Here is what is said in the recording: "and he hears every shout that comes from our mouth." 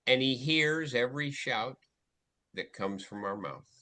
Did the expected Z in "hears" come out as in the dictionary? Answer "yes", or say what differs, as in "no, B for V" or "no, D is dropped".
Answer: yes